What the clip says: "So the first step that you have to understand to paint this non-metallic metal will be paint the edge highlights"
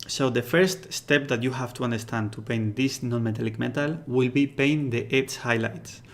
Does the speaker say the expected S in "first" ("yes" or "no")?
yes